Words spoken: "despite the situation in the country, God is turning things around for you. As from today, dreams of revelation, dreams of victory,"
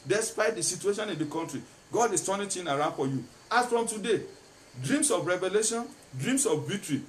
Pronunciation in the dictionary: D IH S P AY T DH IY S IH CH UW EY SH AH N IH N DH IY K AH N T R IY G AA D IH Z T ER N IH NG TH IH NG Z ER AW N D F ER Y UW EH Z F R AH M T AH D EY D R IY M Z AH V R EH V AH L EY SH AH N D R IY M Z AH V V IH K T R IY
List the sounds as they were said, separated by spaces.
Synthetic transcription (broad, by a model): D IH S P AY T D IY S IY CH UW EY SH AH N IH N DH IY K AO N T R IY G AA D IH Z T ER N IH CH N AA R AW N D F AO Y UW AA S F R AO M T AH D EY D R IY M S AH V R EH V AH L EY SH AH N D R IY M S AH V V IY K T R IY